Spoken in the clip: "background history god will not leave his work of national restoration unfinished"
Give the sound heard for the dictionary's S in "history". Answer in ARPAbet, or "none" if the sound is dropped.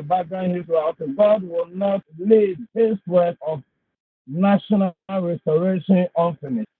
TH